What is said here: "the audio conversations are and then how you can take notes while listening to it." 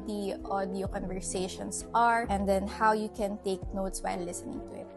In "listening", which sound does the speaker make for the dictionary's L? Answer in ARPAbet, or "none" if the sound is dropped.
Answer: L